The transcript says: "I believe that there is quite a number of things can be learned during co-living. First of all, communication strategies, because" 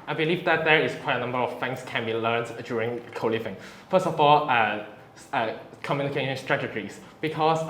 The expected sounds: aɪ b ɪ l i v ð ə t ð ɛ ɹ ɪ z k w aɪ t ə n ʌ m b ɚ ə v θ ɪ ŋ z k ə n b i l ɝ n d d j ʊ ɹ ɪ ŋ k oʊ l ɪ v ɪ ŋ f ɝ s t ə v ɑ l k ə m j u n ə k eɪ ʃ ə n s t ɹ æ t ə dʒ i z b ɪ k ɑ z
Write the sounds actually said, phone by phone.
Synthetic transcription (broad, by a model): aɪ b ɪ l i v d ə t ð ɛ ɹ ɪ s k w aɪ t ə n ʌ m b ɚ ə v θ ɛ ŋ s k ə n b i l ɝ n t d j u ɹ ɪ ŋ k oʊ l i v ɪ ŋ f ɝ s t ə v ɑ l k ə m j u n ə k eɪ ʃ ə n s t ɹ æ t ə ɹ i s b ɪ k ɑ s